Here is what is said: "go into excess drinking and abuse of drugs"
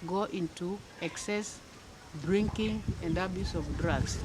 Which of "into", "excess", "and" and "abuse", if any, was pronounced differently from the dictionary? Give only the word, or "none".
none